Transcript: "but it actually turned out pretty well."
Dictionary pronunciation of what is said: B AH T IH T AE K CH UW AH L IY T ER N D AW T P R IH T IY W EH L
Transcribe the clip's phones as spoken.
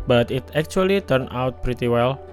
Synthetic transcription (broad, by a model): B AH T IH T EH K CH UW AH L IY T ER N AW T P R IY T IY W EH L